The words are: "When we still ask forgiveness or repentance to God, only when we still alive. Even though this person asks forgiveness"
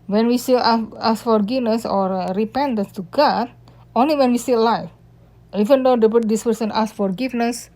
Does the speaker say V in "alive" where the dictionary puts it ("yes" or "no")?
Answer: no